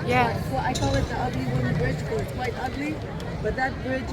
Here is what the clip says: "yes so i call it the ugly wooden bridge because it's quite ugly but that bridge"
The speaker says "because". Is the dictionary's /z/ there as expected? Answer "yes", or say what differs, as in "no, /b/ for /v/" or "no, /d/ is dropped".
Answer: no, /z/ is dropped